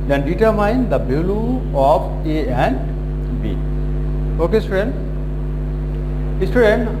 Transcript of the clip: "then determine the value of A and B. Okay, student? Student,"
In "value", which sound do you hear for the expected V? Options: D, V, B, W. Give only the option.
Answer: B